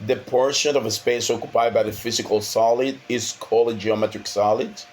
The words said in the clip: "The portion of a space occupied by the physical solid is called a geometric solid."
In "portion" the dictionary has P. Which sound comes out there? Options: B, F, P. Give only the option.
P